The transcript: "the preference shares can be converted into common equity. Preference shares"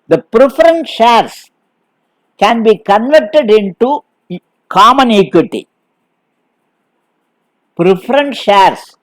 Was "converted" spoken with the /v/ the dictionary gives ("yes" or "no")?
yes